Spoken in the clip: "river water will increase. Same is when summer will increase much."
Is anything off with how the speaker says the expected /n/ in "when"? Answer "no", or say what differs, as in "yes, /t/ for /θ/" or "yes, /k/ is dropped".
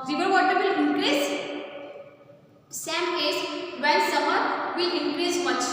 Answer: yes, /l/ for /n/